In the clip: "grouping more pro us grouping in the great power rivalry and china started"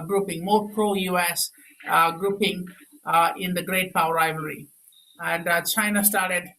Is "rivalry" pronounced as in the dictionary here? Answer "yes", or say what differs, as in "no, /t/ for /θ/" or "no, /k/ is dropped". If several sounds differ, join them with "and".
no, /l/ is dropped